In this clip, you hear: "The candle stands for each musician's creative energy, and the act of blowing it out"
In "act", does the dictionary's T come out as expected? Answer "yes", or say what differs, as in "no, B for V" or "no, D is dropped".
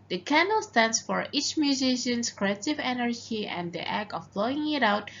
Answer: no, T is dropped